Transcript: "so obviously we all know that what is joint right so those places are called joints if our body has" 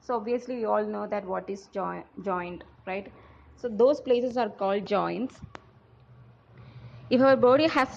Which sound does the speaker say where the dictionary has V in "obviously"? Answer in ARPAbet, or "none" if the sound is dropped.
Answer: V